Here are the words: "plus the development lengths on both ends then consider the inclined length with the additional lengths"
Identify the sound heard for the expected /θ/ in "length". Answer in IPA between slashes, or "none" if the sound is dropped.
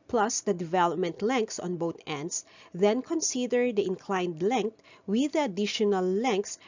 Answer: /t/